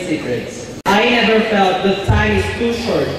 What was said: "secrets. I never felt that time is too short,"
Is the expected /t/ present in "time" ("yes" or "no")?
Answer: no